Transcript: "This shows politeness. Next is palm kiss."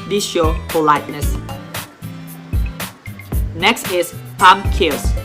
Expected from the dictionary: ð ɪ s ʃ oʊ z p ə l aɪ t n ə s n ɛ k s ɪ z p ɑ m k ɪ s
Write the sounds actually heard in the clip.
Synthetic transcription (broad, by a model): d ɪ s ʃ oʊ p ə l aɪ t n ə s n ɛ k s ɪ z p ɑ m k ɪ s